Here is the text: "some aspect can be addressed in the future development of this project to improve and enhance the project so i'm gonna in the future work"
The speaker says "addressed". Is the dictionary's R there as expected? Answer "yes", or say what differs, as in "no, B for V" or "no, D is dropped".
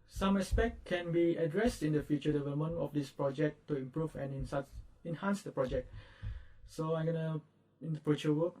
yes